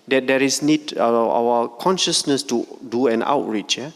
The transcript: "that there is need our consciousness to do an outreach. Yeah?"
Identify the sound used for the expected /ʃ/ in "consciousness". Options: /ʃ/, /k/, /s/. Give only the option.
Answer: /ʃ/